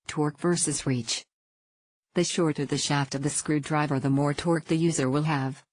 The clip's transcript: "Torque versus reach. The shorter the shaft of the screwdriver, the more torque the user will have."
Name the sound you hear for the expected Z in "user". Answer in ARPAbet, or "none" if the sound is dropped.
Z